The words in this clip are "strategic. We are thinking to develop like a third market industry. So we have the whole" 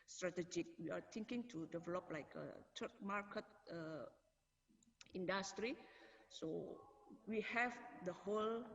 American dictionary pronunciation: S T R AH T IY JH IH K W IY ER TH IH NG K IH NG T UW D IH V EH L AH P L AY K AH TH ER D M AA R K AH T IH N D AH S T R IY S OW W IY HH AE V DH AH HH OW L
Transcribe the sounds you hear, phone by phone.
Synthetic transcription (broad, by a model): S T R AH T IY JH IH K W IY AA T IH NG K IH NG T UW D IH V EH L AH P L AY K AH T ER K M AA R K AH T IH N D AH S T R IY S OW W IY HH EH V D AH HH OW L